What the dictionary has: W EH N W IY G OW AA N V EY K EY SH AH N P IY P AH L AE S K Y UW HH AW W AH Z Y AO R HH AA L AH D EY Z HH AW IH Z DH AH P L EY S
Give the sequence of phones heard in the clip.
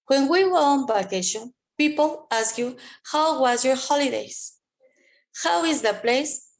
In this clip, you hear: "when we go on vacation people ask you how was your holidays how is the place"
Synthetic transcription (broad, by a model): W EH N W IY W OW AA N B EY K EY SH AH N P IY P AH L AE S K Y UW HH AW W AH Z Y AO R HH AA L AH D EY Z HH AW IH Z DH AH P L EY S